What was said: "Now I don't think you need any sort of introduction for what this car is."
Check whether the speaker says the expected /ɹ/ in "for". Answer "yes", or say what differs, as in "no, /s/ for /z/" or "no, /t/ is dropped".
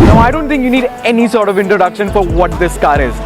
yes